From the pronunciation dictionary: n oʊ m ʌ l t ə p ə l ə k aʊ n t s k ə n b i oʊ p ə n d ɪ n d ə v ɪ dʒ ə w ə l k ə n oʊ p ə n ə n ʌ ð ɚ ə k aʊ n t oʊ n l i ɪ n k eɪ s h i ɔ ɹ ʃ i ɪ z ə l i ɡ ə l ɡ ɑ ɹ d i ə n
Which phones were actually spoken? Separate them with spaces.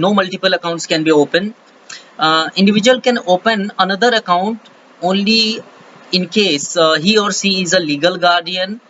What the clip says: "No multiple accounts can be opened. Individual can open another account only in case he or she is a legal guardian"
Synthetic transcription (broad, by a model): n oʊ m ʌ l t ə p ə l ə k aʊ n t s k ə n b i oʊ p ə n ɪ n d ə v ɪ dʒ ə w ə l k ə n oʊ p ə n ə n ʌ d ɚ ə k aʊ n t oʊ n l i ɪ n k eɪ s h i ɔ ɹ s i ɪ z ə l i ɡ ə l ɡ ɑ ɹ d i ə n